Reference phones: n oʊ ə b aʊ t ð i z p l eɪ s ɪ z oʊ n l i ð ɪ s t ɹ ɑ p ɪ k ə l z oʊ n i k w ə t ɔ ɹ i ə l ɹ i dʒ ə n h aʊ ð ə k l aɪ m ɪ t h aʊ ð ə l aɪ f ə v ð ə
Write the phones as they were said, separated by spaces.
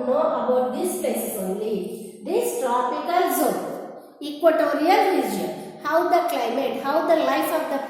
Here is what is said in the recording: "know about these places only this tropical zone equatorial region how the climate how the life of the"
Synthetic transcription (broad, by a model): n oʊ ə b aʊ t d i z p eɪ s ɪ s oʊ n l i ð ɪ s t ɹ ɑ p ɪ k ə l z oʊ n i k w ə t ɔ ɹ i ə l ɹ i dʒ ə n h aʊ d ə k l aɪ m ɪ t h aʊ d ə l aɪ f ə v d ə